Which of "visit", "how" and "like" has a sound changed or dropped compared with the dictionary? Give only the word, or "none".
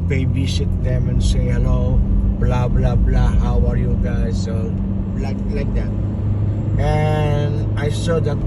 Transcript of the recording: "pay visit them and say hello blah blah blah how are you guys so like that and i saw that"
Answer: visit